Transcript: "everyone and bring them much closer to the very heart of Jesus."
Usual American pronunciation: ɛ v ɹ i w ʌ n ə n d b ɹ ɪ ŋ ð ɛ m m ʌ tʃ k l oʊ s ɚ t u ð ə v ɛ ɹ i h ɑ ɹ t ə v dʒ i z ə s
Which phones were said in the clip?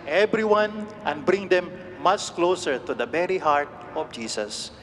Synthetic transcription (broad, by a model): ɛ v ɹ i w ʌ n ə n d b ɹ ɪ ŋ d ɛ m m ʌ tʃ k l oʊ s ɚ t u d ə b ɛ ɹ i h ɑ ɹ t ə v dʒ i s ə s